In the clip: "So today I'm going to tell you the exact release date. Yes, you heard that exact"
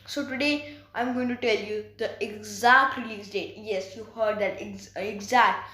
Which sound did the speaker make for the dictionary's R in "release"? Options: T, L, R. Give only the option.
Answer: L